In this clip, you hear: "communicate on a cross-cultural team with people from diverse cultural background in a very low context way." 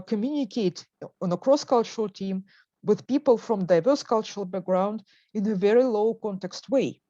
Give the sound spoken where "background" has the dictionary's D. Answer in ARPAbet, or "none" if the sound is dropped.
D